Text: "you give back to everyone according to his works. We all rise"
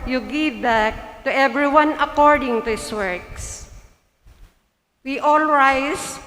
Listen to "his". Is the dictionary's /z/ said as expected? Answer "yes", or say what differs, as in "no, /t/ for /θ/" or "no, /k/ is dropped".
no, /s/ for /z/